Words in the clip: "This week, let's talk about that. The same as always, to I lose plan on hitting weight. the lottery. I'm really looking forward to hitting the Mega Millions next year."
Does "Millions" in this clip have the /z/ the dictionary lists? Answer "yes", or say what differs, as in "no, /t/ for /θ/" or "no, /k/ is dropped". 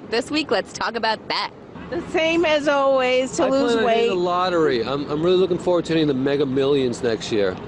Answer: yes